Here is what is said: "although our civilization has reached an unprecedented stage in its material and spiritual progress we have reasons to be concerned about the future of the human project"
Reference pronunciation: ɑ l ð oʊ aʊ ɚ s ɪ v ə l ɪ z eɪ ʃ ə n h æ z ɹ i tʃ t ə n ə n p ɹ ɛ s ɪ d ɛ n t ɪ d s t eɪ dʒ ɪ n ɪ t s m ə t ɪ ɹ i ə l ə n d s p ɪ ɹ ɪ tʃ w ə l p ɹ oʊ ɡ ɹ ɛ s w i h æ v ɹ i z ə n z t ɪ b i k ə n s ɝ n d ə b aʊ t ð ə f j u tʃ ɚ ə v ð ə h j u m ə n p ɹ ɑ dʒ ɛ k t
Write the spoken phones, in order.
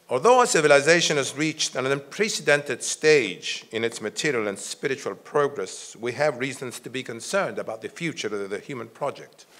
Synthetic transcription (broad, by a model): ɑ l ð oʊ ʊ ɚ s ɪ v ə l ɪ z eɪ ʃ ə n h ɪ z ɹ i tʃ t ə n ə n p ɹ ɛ s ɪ d ɛ n t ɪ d s t eɪ dʒ ɪ n ɪ t s m ə t ɪ ɹ i ə l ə n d s p ɪ ɹ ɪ tʃ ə l p ɹ oʊ ɡ ɹ ɛ s w i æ v ɹ i z ə n z t ɪ b i k ə n s ɝ n d ə b aʊ t ð ə f j u tʃ ɚ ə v ð ə h j u m ə n p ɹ ɑ dʒ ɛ k t